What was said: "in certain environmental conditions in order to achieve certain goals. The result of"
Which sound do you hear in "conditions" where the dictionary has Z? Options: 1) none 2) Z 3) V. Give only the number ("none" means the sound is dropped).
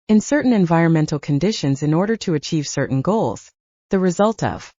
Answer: 2